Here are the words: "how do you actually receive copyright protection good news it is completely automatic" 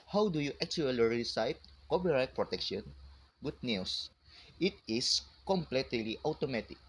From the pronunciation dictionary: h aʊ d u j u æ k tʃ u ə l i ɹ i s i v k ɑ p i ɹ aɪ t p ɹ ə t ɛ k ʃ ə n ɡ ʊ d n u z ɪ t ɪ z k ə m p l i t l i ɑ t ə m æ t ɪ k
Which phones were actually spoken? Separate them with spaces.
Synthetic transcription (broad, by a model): h aʊ d u j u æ k tʃ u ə l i ɹ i s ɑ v k ɑ p i ɹ aɪ t p ɹ ə t ɛ k ʃ ə n ɡ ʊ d n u s ɪ t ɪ s k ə m p l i t l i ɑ t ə m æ t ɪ k